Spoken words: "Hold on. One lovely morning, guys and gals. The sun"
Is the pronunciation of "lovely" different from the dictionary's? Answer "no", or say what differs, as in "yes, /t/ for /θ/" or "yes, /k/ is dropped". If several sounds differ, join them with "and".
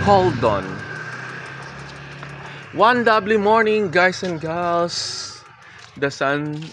yes, /b/ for /v/